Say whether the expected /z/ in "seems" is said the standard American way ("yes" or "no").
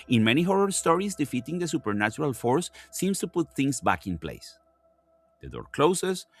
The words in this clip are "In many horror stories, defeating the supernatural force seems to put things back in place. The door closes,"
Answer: no